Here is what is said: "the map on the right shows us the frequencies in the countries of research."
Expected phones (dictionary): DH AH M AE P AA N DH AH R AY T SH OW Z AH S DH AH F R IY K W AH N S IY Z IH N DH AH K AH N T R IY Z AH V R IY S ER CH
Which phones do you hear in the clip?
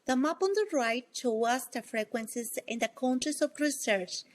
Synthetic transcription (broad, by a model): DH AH M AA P AA N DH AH R AY T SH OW AH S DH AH F R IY K W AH N S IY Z IH N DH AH K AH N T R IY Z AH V R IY S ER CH